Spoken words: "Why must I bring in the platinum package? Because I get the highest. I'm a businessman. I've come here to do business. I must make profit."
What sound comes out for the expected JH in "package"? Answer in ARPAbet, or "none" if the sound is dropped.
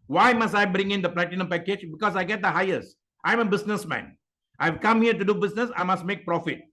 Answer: JH